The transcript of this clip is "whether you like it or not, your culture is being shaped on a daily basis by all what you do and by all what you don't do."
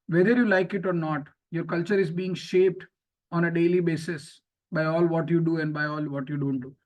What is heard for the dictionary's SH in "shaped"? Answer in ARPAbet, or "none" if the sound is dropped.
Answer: SH